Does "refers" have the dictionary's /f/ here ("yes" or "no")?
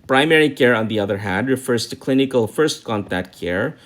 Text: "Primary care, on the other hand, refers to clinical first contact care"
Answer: yes